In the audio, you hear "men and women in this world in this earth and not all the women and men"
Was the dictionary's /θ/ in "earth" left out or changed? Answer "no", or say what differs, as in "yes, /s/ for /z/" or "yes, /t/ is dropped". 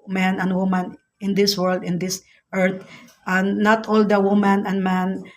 yes, /t/ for /θ/